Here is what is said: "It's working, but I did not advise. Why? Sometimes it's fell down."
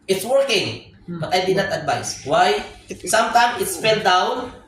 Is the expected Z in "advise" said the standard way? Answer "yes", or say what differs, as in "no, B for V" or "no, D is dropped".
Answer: no, S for Z